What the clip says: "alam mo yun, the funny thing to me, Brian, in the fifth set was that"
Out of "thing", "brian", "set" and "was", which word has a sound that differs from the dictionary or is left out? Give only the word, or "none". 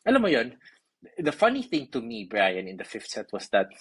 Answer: was